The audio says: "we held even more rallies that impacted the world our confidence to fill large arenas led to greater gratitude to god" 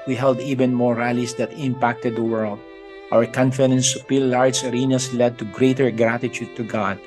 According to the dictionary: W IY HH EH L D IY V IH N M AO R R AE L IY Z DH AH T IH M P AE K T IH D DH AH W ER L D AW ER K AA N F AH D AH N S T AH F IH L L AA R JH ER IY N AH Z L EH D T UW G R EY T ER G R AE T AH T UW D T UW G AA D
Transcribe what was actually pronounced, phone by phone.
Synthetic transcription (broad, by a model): W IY HH EH L D IY V IH N M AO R R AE L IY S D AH T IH M P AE K T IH D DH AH W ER L D AW ER K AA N F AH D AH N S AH P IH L L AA R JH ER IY N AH S L EH D T UW G R EY T ER G R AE T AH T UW D T UW G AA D